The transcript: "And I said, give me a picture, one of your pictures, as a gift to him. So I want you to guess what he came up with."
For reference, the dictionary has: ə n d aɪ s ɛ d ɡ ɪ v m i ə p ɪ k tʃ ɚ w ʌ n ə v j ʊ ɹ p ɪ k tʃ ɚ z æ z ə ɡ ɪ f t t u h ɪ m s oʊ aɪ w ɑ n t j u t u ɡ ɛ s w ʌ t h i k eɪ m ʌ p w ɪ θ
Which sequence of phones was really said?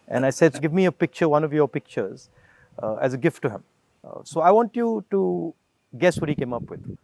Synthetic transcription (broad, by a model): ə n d aɪ s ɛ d ɡ ɪ v m i ə p ɪ k tʃ ɚ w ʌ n ə v j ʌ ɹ p ɪ k tʃ ɚ z æ z ə ɡ ɪ f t t u h ɪ m s oʊ aɪ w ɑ n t j u t u ɡ ɛ s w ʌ t h i k eɪ m ʌ p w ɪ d